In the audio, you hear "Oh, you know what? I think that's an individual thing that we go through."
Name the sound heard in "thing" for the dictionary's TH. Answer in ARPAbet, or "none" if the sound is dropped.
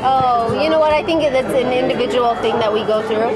TH